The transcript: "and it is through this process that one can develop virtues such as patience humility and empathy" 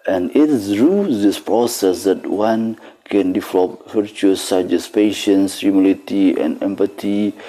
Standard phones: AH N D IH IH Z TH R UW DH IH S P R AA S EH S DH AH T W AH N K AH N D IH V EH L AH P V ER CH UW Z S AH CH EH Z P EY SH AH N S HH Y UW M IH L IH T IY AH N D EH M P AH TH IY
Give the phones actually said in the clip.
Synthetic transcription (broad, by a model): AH N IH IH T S R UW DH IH S P R AA S EH S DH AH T W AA N K AH N D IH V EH L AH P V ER CH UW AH S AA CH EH S P EY SH AH N S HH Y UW M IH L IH T IY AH N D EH M P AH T IY